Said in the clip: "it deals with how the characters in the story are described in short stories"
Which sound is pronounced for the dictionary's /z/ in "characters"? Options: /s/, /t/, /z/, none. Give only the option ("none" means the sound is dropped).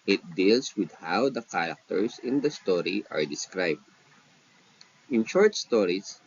/s/